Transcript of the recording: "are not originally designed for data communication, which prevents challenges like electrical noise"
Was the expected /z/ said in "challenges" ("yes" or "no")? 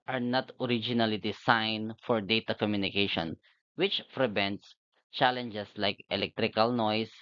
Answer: no